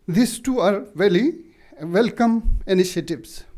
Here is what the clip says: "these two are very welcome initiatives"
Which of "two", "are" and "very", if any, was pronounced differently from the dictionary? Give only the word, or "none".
very